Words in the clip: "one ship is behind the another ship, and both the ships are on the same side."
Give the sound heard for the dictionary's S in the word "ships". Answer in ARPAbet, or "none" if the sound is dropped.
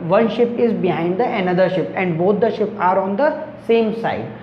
none